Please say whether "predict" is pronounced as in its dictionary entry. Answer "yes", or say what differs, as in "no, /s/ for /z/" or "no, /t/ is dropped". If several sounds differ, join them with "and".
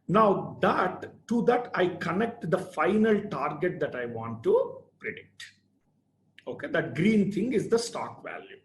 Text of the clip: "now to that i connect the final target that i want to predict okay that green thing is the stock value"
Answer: yes